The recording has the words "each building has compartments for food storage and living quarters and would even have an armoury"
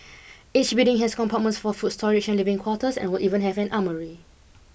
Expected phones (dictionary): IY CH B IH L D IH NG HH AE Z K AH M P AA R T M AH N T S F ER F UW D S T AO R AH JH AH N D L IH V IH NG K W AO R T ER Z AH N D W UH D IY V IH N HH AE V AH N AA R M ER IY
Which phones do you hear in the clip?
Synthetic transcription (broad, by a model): IY CH B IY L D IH NG HH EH S K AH M P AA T M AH N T S F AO F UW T S T AO R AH CH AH N L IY V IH NG K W AO T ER S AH N W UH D IY V IH N HH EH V AH N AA M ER IY